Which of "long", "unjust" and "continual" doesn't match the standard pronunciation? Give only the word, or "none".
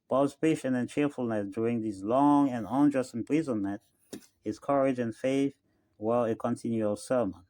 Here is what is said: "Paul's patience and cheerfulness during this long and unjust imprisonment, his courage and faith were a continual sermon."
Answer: none